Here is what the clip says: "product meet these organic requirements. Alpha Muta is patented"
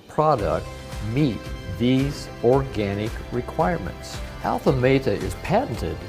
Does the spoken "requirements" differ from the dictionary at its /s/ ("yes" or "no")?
no